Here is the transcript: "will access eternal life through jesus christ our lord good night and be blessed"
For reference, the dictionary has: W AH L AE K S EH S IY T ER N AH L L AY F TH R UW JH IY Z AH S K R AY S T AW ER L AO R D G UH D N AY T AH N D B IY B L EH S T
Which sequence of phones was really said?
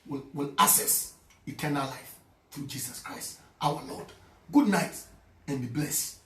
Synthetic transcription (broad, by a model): W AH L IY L S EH S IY T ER N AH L L AY F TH R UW JH IY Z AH S K R AY S T AW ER L AO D G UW D N AY T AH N B IY B L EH S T